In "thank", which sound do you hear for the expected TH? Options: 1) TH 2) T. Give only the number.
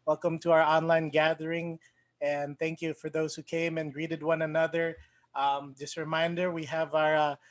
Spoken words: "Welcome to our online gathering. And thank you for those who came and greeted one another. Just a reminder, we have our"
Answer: 1